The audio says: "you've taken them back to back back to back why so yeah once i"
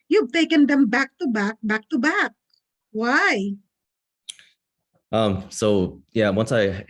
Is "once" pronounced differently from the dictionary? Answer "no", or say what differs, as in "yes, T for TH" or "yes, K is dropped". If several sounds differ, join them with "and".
no